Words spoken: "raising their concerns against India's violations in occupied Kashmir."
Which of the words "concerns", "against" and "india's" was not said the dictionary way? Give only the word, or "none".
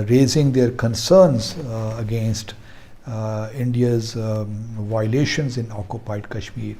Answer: none